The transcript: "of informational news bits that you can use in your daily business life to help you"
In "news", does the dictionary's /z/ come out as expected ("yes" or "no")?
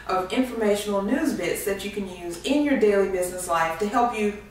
yes